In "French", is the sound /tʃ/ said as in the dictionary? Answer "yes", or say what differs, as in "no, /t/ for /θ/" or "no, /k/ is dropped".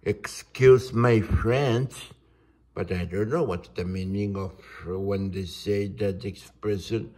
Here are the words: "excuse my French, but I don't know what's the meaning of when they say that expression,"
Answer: no, /s/ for /tʃ/